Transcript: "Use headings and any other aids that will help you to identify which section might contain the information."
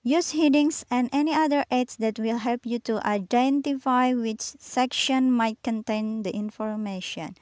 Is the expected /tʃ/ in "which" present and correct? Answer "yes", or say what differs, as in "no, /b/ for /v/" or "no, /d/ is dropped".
yes